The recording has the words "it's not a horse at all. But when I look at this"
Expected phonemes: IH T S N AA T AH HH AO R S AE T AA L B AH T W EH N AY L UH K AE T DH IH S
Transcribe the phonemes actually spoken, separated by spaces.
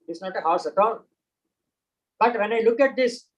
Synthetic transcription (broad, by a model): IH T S N AA T AH HH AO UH S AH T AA N B AH T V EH N AY L UH K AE T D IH S